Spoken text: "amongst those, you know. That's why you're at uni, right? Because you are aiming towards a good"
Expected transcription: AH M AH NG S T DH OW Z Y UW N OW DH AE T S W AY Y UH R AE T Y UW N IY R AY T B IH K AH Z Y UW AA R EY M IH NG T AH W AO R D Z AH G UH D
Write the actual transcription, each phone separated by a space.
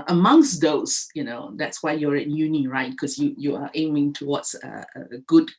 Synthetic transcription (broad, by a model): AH M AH NG S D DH OW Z Y UW N OW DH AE T S W AY Y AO R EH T Y UW N IY R AY T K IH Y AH Y UW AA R EY M IH NG T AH W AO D S AH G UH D